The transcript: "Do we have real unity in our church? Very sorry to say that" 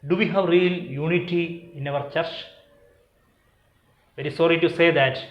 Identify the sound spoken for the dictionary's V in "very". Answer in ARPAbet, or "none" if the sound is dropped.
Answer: V